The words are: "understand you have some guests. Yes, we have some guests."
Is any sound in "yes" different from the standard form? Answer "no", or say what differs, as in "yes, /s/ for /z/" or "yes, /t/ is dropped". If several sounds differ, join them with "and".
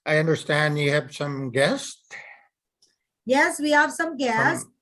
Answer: no